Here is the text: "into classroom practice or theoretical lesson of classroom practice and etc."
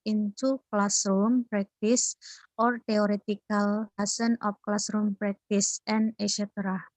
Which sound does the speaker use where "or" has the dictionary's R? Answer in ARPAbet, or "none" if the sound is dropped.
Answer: R